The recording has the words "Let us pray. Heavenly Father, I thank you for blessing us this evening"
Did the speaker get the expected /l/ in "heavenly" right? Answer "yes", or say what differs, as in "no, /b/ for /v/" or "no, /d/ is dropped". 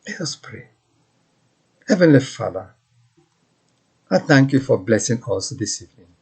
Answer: yes